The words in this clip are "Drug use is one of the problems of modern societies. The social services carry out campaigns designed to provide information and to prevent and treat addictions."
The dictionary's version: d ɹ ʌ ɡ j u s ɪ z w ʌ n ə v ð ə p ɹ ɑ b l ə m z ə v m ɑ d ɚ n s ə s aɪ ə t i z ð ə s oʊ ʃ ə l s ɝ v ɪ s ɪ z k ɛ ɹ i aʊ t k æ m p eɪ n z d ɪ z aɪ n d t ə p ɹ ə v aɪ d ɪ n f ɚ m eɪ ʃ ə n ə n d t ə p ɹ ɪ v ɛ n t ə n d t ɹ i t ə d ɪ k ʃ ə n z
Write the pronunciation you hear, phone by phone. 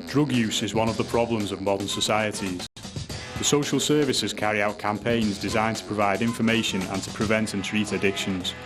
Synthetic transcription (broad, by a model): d ɹ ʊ ɡ j u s ɪ z w ʌ n ə v ð ə p ɹ ɑ b l ə m z ə v m ɑ d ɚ n s ə s aɪ ə t i z ð ə s oʊ ʃ ə l s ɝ v ɪ s ɪ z k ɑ ɹ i aʊ t k æ m p eɪ n z d ɪ z aɪ n t ə p ɹ ə v aɪ d ɪ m f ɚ m eɪ ʃ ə n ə n t ə p ɹ ɪ v ɛ n t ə n t ɹ i t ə d ɪ k ʃ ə n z